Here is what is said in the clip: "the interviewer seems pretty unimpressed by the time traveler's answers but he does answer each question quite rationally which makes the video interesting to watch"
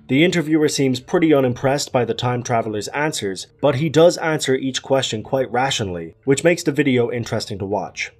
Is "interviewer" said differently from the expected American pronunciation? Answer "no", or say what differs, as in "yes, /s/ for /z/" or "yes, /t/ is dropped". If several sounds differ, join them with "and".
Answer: no